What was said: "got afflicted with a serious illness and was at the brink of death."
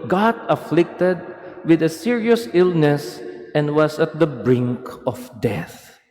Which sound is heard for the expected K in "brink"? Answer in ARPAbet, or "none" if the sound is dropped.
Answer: K